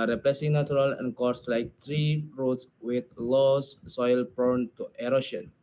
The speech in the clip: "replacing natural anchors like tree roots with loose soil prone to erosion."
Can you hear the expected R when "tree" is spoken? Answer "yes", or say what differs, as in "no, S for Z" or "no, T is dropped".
yes